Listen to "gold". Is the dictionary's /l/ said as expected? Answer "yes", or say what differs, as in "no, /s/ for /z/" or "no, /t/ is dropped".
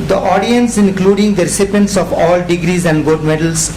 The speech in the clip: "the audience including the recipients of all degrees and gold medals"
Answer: no, /l/ is dropped